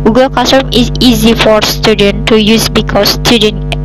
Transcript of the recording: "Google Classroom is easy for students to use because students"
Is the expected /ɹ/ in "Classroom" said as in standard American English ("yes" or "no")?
no